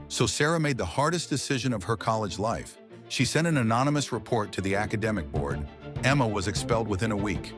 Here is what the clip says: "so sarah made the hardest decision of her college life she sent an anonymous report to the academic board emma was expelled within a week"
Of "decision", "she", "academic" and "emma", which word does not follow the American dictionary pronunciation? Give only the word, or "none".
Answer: none